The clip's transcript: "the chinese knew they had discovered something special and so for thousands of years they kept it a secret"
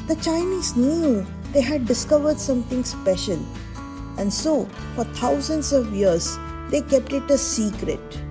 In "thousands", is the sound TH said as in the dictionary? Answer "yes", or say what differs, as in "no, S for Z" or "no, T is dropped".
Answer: no, T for TH